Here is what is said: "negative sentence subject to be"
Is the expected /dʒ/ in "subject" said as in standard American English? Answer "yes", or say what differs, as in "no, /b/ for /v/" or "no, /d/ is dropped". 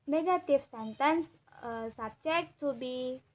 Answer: no, /tʃ/ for /dʒ/